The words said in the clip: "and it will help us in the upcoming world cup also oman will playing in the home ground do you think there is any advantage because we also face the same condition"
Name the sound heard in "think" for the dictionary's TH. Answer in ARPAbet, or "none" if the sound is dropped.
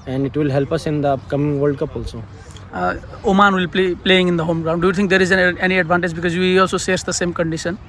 T